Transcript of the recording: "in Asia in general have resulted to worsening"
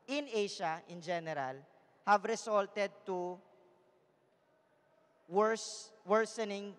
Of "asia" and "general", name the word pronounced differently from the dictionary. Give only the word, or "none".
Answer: asia